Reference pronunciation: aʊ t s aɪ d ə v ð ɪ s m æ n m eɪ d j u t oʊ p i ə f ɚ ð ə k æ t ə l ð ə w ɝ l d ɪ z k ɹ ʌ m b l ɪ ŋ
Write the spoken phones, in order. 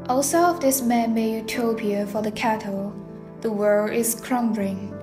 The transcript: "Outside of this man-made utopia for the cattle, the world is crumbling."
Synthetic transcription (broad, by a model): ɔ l s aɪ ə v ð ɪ s m æ n m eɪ j u t oʊ p i ə f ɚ ð ə k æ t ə l ð ə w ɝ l ɪ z k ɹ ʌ m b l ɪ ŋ